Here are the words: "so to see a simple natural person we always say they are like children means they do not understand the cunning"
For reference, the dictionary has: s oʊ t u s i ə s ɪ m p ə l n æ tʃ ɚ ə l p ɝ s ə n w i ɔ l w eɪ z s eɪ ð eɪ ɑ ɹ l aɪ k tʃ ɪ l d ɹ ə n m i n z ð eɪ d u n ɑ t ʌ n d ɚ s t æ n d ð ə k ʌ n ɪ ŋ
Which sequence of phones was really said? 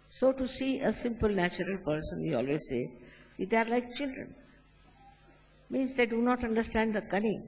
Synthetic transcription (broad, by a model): s oʊ t u s i ə s ɪ m p ə l n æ tʃ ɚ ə l p ɝ s ə n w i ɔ l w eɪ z s eɪ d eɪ ɑ ɹ l aɪ k tʃ ɪ l d ɹ ə n m i n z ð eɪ d u n ɑ t ʌ n d ɚ s t æ n d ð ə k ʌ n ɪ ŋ